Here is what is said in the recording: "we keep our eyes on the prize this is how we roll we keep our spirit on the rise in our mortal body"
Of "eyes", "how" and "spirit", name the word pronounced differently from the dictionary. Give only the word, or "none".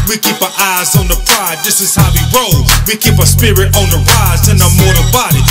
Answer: none